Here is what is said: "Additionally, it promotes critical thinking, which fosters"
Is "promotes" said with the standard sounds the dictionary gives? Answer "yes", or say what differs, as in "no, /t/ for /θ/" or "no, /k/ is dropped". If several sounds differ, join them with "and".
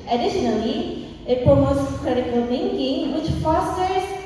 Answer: no, /ɹ/ is dropped